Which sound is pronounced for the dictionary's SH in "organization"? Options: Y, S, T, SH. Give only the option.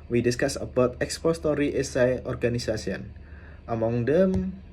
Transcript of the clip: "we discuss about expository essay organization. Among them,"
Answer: S